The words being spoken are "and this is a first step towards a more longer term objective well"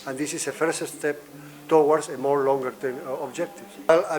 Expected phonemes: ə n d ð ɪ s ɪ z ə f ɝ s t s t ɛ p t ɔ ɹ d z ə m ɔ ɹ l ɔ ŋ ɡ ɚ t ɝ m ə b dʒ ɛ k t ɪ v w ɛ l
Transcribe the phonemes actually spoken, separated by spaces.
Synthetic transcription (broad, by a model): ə n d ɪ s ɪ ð ə f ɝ s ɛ s t ɛ p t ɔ w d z ə m ɔ ɹ l ɔ ŋ ɡ ɚ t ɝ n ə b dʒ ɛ k t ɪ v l